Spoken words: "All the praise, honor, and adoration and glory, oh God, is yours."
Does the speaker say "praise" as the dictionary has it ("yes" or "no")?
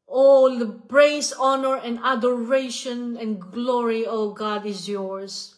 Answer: no